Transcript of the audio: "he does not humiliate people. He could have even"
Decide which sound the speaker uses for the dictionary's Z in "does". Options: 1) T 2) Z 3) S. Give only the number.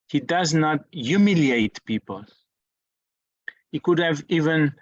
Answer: 2